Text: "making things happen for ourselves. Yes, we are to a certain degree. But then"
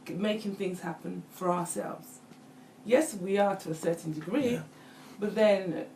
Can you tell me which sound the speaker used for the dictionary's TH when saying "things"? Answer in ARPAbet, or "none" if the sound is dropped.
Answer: TH